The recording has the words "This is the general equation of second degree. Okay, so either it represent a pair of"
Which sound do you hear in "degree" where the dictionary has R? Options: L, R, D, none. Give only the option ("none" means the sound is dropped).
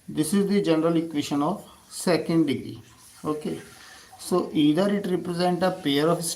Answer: none